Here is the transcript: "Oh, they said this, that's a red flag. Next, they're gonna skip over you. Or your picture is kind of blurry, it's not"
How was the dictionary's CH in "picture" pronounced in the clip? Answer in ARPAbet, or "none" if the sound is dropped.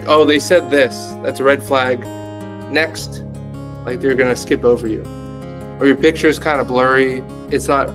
CH